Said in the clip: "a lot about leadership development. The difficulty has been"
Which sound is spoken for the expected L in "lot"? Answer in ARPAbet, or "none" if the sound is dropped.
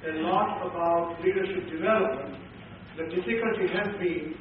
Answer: N